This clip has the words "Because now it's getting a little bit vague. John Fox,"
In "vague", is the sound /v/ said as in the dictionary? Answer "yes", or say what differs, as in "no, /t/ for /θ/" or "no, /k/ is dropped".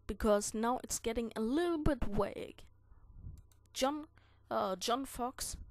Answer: no, /w/ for /v/